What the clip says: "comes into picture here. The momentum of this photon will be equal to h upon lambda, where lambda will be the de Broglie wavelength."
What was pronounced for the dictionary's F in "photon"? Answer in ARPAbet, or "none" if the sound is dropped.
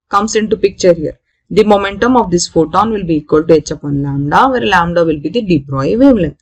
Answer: F